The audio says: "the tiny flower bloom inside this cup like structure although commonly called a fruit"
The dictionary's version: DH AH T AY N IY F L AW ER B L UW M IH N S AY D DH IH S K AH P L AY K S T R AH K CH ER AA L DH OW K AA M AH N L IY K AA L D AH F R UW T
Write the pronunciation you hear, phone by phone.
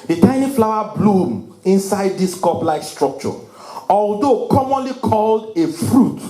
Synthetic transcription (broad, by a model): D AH T AY N IY F L AW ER B L UW M IH N S AY D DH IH S K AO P L AY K S T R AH K CH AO AA L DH OW K AA M AH N L IY K AA L D AH F R UW T